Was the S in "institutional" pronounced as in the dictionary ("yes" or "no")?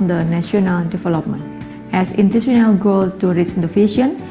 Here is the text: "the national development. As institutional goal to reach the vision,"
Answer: no